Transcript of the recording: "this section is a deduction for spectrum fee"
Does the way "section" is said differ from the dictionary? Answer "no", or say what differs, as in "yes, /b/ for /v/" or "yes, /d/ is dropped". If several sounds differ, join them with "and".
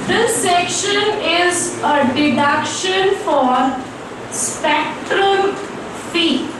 no